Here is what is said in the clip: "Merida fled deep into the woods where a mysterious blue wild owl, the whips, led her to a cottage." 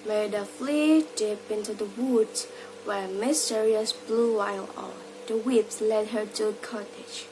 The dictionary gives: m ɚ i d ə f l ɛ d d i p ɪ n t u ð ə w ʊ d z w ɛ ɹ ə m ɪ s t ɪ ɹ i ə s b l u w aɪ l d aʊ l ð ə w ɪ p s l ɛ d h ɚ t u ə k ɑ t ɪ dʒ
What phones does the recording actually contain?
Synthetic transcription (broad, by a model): m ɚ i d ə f l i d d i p ɪ n t u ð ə w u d w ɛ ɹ m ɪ s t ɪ ɹ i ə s b l u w aɪ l ɔ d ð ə w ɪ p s l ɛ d h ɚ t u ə k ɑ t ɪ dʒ